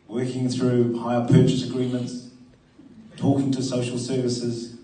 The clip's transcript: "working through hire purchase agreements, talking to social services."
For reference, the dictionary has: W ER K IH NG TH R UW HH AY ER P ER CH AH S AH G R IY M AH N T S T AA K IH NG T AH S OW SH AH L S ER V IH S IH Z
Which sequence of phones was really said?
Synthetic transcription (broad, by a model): W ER K IH NG TH R UW HH AY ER P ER CH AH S AH G R IY M AH N T S T AA K IH NG T AH S OW SH AH L S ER V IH S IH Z